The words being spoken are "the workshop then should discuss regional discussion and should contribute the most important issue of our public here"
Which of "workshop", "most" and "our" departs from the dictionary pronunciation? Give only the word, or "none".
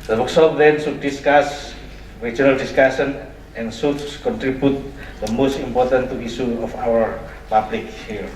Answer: workshop